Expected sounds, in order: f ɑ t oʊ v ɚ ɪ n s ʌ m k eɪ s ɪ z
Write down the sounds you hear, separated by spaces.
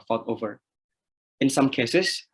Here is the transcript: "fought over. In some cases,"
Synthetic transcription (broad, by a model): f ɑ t oʊ v ɚ ɪ n s ʌ m k eɪ s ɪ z